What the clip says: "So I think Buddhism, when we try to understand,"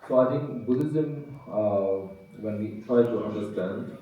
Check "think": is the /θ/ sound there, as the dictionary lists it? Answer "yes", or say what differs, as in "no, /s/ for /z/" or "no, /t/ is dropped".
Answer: no, /t/ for /θ/